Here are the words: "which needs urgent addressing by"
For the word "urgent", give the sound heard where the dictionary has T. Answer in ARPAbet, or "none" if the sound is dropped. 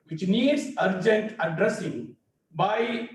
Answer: T